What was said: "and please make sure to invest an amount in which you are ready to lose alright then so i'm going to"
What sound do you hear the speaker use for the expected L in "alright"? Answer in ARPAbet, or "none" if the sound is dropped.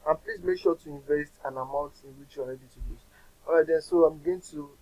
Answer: none